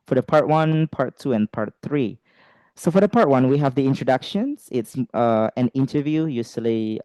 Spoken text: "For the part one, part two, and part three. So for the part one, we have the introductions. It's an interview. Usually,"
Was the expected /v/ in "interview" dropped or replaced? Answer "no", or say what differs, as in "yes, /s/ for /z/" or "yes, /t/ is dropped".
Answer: no